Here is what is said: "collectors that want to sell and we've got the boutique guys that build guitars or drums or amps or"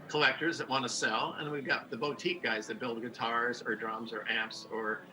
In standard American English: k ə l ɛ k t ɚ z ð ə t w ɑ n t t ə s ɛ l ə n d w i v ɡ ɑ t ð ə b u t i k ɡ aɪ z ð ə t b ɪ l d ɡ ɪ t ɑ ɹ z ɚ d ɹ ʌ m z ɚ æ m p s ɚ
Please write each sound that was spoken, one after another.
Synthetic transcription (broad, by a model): k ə l ɛ k t ɚ z ð ə t w ɑ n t t ə s ɛ l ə n w i v ɡ ɑ t ð ə b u t i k ɡ aɪ z ð ə t b ɪ l d ɡ ɪ t ɑ ɹ z ɚ d ɹ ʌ m z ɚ æ m p s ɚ